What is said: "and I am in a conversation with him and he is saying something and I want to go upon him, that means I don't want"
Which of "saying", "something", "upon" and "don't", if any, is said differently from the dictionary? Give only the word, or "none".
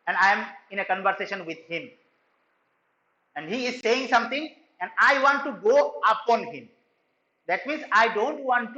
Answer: something